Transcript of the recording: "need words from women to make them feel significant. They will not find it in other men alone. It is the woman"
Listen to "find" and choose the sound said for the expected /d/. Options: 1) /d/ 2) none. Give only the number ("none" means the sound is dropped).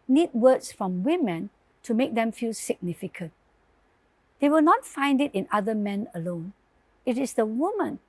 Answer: 1